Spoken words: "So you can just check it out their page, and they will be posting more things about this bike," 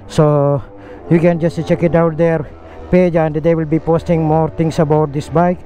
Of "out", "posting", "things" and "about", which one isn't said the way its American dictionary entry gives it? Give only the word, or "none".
things